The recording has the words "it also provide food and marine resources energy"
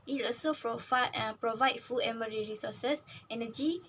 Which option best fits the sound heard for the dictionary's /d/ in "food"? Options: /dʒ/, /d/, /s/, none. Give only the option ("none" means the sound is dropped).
none